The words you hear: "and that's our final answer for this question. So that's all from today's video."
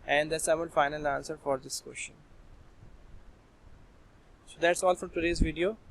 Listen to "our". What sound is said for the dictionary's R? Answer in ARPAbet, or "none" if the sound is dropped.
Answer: L